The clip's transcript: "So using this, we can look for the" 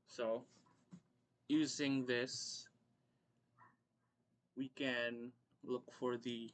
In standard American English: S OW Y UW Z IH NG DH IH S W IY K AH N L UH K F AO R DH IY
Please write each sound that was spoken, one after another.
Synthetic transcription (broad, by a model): S OW Y UW Z IH NG DH IH S W IY K AH N L UH K F AO R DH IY